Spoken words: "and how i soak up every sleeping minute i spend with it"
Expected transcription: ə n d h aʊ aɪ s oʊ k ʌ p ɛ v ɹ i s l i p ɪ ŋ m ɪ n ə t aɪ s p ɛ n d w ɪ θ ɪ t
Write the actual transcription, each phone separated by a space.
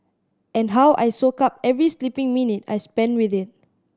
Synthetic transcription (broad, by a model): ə n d h aʊ aɪ s oʊ k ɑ p ɛ v ɹ i s l i p ɪ ŋ m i n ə t aɪ s p ɛ n w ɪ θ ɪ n